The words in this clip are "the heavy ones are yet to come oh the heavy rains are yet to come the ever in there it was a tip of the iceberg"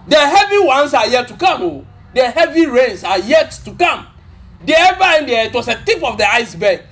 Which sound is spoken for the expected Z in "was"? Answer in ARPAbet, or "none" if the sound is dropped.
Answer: S